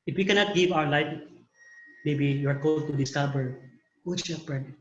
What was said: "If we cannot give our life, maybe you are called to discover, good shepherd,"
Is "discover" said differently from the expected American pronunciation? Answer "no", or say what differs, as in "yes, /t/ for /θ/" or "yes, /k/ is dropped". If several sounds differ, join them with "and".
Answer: yes, /b/ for /v/